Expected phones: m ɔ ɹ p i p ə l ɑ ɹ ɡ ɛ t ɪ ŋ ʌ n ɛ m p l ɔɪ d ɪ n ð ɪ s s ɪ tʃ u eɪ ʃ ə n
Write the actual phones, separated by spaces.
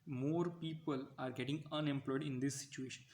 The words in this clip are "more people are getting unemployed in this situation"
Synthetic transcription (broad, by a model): m ɔ ɹ p i p ə l ɑ ɹ ɡ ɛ t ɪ ŋ ʌ n ɛ m p l ɔɪ d ɪ n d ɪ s s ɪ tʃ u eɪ ʃ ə n